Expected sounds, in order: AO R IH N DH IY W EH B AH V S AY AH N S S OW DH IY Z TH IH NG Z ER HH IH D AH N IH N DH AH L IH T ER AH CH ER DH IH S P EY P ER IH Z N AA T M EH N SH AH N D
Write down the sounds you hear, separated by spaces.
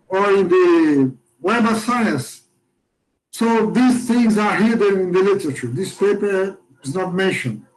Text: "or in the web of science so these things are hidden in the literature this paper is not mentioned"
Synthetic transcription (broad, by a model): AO R IH N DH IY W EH AH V S AY AH N S S OW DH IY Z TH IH NG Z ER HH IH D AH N IH N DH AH L IH T ER AH CH ER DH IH S P EY P ER IH Z N AA T M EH N SH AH N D